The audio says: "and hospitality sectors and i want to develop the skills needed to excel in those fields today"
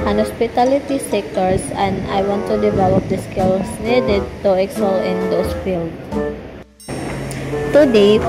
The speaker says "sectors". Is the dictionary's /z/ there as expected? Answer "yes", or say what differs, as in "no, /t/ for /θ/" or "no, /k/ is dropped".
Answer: no, /s/ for /z/